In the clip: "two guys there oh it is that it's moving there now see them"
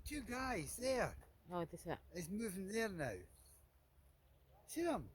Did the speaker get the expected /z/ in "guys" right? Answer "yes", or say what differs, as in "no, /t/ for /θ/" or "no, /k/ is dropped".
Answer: yes